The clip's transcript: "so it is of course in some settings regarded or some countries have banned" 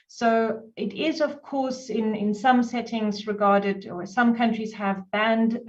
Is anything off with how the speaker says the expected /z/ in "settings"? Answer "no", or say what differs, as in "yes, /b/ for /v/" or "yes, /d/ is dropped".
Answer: no